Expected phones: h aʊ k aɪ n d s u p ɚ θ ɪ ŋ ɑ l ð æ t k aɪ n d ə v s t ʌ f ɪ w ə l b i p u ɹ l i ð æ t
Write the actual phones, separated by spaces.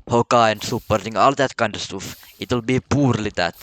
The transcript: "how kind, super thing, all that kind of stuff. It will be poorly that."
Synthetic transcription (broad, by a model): h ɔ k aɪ n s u p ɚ t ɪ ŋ ɑ l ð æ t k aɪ n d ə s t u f ɪ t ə l b i p u ɹ l i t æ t